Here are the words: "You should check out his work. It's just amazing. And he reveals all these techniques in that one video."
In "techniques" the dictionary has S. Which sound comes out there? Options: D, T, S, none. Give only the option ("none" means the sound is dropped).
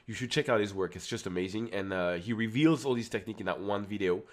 none